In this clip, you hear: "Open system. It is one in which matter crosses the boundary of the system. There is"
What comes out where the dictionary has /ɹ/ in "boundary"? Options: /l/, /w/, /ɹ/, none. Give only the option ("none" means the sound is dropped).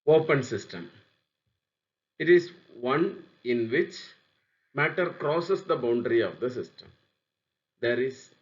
/ɹ/